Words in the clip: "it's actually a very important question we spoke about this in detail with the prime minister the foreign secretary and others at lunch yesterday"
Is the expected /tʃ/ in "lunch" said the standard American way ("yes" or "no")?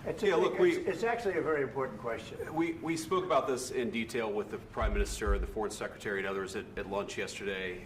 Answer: yes